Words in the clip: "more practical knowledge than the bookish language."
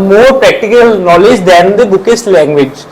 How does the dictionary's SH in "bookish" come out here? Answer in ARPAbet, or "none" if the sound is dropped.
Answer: S